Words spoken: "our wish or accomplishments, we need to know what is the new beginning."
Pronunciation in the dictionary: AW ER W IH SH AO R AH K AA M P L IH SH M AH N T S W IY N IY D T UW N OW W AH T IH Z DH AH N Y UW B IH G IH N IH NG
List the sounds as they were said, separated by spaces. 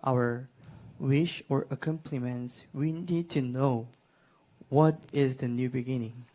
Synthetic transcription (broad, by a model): AW ER W IH SH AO R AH K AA M P L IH M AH N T S W IY N IY D T UW N OW W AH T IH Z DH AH N Y UW B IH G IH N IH NG